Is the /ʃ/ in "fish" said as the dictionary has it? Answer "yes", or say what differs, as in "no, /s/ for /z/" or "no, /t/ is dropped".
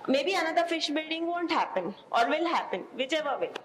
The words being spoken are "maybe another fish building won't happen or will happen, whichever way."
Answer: yes